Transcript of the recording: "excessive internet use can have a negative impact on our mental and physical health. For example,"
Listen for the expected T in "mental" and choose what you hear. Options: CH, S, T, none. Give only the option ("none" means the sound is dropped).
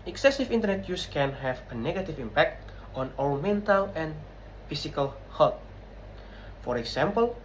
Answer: T